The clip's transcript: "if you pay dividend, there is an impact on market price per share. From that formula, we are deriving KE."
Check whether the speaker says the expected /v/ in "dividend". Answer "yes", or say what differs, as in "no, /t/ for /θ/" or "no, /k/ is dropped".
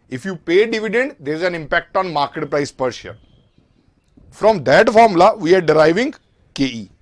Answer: yes